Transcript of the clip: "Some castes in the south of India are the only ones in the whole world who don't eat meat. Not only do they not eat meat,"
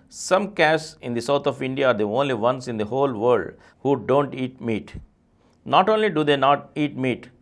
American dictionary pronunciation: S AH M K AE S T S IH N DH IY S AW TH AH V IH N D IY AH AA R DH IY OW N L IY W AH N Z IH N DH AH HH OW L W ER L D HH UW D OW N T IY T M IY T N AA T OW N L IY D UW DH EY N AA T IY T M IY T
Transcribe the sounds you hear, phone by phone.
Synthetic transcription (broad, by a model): S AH M K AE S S IH N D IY S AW T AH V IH N D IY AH AA R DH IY OW N L IY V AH N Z IH N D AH HH OW L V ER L D HH UW D OW N T IY T M IY T N AA T OW N L IY D UW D EY N AA T IY T M IY T